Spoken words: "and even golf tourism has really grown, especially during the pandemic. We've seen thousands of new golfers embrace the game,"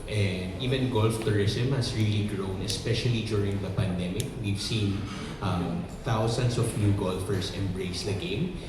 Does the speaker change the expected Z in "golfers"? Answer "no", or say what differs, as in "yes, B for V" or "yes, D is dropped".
yes, S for Z